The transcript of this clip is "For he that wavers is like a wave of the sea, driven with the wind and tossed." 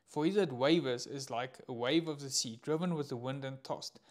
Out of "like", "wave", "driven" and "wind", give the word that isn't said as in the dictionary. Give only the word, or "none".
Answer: none